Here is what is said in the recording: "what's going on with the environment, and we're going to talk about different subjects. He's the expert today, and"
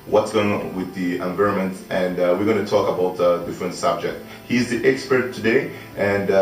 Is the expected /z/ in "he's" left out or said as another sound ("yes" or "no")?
no